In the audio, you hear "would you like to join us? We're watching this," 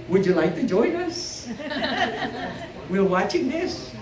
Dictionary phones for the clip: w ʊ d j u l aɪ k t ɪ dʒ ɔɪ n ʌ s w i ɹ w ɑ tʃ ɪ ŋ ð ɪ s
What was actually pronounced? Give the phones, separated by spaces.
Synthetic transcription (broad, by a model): w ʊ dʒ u l aɪ k t ɪ dʒ ɔɪ n ʌ s w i l w ɑ tʃ ɪ ŋ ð ɪ s